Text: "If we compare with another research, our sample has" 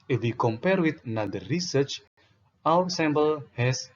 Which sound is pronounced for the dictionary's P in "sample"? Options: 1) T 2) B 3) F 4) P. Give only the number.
2